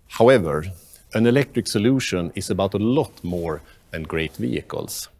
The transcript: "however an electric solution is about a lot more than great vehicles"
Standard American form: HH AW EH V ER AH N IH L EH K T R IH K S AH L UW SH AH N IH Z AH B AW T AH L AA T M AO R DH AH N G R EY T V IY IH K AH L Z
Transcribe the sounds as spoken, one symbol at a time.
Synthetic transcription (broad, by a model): HH AW EH V ER AH N IH L EH K T R IH K S AH L UW SH AH N IH S AH B AW T AH L AA T M AO R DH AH N G R EY T V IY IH K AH L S